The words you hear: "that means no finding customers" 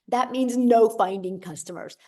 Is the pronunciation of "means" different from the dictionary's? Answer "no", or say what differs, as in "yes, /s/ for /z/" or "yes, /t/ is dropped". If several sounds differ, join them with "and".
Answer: no